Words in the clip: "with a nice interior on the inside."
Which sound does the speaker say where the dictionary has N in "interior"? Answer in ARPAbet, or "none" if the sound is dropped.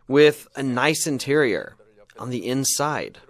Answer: N